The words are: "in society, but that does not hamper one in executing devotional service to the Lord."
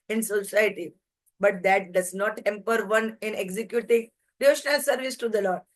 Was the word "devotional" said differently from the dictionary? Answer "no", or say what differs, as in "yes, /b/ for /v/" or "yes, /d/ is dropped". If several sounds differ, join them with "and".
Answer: yes, /v/ is dropped